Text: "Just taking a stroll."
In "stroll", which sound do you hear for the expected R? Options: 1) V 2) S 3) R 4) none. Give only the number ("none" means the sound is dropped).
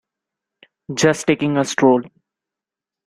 3